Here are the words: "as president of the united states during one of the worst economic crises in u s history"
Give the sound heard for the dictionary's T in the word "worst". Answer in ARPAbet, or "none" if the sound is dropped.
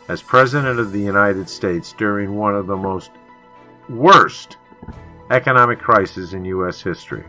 T